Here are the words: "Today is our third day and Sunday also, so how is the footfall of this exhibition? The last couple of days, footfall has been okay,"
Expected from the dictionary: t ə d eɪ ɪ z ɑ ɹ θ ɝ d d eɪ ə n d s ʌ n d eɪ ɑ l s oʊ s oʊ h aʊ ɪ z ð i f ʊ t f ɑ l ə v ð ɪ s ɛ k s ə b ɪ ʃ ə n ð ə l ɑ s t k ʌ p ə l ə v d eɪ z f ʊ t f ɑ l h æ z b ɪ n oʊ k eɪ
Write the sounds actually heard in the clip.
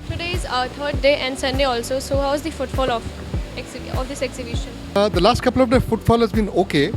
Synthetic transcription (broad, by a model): t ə d eɪ ɪ z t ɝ d d eɪ ə n d s ʌ n d eɪ ɑ l s oʊ s oʊ h aʊ ɪ z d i f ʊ t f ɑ l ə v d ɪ s ɛ k s ə b ɪ ʃ ə n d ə l ɑ s t k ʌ p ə l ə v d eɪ f ʊ t f ɑ l h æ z b ɪ n oʊ k eɪ